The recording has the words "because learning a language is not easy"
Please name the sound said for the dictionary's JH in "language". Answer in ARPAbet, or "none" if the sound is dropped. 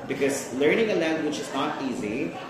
CH